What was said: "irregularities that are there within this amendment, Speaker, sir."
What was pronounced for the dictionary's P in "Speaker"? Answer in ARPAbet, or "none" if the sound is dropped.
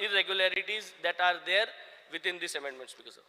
B